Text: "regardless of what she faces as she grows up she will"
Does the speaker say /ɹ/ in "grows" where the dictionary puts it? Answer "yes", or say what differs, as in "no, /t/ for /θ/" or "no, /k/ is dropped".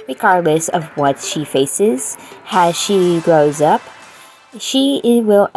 yes